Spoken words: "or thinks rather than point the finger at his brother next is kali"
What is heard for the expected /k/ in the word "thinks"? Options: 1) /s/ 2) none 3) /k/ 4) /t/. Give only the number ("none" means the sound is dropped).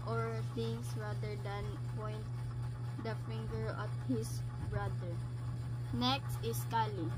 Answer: 2